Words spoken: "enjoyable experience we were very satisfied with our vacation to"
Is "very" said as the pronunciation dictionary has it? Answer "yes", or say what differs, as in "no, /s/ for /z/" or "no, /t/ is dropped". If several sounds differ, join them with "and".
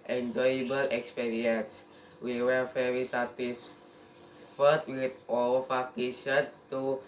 no, /f/ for /v/